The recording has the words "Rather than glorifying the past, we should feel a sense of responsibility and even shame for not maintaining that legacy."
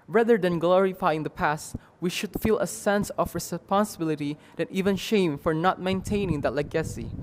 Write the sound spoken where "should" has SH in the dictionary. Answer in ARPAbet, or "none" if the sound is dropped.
SH